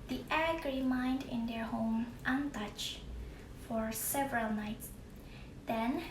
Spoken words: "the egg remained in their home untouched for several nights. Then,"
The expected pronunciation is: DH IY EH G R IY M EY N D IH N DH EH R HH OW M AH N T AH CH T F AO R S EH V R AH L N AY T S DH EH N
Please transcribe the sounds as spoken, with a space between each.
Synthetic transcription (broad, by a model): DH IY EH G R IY M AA N D IH N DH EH R HH OW M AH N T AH CH F AO R S EH V R AH L N AY T S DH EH N